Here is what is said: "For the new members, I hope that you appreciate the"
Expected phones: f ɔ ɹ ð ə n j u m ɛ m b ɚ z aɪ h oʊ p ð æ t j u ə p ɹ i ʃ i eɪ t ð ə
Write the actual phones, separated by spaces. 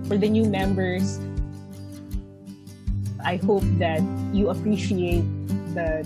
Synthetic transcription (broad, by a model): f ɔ ɹ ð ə n j u m ɛ m b ɚ s aɪ h oʊ p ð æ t j u ə p ɹ i ʃ i eɪ t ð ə